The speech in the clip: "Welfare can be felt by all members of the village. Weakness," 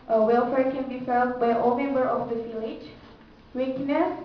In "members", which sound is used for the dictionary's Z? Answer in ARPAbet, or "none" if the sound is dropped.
none